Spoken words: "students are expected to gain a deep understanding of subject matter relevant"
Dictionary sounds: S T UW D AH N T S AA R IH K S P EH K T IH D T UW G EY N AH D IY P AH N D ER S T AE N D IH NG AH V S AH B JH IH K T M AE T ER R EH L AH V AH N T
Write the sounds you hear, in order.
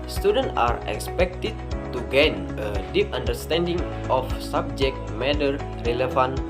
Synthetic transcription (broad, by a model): S T UW D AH N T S AA R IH K S P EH K T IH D T UW G EY N AH D IY P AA N D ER S T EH N D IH NG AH F S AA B JH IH K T M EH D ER R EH L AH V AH N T